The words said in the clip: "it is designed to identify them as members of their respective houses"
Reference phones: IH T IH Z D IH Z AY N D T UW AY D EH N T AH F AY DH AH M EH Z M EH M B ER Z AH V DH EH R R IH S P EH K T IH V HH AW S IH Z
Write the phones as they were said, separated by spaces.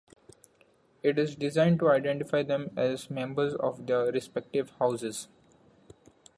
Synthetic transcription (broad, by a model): IH T IH Z D IH Z AY N D T UW AY D EH N T AH F AY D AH M EH Z M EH M B ER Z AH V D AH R R IH S P EH K T IH V HH AW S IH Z